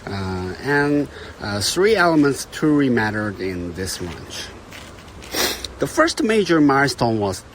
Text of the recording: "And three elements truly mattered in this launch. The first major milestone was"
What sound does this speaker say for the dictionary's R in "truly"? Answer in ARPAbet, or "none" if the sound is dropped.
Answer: none